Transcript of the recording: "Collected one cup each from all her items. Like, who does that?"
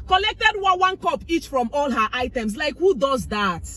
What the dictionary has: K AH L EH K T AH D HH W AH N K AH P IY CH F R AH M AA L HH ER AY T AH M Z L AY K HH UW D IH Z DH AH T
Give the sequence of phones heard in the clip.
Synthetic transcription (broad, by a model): K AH L EH K T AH D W W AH N K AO P IY CH F R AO M AA L HH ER AY T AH M S L AY K HH UW D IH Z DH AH T